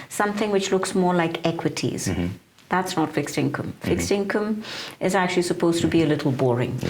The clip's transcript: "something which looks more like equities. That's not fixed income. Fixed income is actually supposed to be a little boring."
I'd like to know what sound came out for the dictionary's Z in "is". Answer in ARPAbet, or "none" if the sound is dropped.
Z